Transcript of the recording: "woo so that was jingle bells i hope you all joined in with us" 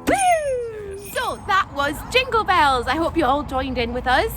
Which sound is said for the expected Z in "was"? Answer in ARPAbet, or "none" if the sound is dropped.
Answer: Z